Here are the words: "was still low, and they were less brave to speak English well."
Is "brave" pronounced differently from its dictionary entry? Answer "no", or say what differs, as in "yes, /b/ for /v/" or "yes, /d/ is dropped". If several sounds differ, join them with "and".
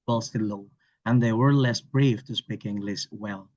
yes, /f/ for /v/